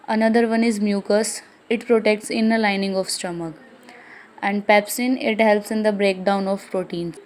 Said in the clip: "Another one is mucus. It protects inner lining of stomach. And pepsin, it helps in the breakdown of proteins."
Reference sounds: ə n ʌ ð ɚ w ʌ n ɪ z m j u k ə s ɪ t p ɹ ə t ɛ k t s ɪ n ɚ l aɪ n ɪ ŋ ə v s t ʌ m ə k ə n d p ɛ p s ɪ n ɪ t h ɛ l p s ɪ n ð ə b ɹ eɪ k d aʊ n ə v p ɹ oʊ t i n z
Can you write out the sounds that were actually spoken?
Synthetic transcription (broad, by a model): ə n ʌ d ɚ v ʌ n ɪ z m j u k ə s ɪ t p ɹ ə t ɛ k t s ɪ n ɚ l aɪ n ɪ ŋ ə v s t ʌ m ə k ə n d p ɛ p s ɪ n ɪ t h ɛ l p s ɪ n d ə b ɹ eɪ k d aʊ n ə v p ɹ oʊ t i n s